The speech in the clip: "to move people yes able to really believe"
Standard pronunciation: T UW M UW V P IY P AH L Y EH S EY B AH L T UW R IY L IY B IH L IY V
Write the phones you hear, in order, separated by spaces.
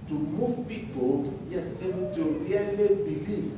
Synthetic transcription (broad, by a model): T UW M UW V P IY P AH L Y EH S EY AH N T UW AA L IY B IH L IY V